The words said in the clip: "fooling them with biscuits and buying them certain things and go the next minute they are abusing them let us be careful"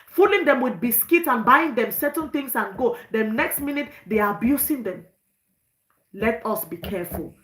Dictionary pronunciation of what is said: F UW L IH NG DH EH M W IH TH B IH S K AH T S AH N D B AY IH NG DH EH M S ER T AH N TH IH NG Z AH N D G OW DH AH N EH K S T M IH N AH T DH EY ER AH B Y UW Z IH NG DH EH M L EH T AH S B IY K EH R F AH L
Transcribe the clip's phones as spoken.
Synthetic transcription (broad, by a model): F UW L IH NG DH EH M W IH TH B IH S K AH T AH N B AY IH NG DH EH M S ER T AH N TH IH NG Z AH N G OW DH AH N EH K S T M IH N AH T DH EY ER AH B Y UW S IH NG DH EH M L EH T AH S B IY K EH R F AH L